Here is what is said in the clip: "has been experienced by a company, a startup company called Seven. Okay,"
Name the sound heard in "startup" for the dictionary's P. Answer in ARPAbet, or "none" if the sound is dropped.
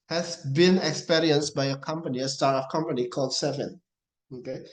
F